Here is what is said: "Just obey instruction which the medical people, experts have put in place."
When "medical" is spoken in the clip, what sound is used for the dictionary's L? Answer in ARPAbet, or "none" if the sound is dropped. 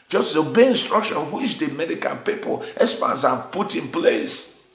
N